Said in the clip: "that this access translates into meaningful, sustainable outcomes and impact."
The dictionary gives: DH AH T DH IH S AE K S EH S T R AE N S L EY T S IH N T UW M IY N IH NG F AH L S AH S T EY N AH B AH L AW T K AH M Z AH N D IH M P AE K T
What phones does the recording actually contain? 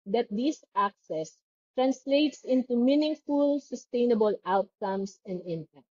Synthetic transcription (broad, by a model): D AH T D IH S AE K S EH S T R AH N S L EY T S IH N T UW M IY N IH NG F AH L S AH S T EY N AH B AH L AW T K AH M S AH N D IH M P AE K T